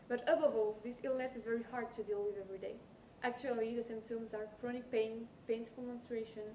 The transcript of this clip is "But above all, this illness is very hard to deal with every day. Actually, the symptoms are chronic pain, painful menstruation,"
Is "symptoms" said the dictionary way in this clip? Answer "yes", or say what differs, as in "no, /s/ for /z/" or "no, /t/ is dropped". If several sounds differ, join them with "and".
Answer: no, /p/ is dropped